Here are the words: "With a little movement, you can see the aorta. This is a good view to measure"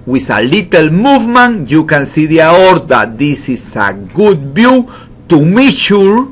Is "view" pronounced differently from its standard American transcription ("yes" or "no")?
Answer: yes